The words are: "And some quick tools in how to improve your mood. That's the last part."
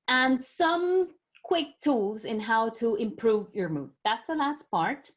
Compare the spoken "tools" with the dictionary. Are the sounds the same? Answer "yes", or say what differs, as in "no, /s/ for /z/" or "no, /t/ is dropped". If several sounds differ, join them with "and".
yes